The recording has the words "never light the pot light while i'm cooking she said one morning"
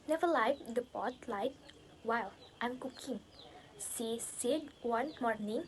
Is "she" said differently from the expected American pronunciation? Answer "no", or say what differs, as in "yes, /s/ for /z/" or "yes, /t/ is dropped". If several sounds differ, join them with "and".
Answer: yes, /s/ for /ʃ/